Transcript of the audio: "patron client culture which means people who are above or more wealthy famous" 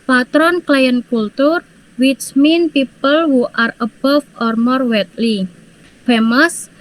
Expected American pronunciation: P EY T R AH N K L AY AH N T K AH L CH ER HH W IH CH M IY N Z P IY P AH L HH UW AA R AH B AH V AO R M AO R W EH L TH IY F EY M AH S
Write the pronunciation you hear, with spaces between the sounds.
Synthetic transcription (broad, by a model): P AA T R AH N K L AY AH N K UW L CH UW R W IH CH M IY N P IY P AH L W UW AA R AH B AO F AO R M AO R W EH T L IY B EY M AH S